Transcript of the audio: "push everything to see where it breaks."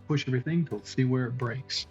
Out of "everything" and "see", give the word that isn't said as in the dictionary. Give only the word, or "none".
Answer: none